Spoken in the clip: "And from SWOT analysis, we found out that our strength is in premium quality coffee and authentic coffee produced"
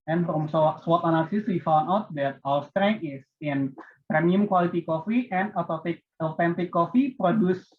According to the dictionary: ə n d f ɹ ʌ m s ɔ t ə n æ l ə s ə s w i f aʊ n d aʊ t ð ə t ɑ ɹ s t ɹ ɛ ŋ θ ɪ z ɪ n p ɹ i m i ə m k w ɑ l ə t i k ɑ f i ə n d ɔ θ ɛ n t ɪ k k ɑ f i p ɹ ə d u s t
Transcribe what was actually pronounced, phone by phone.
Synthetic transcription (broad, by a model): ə n f ɹ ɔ m s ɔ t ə n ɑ l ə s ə s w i f aʊ n aʊ t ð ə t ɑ l s t ɹ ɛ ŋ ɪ s ɪ n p ɹ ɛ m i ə m k w ɑ l ə t i k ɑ f i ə n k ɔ t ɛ n t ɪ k k ɑ f i p ɹ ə d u s